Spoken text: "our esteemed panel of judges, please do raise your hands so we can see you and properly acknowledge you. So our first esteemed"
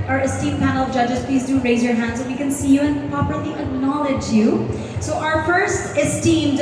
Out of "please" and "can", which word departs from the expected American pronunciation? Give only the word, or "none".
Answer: none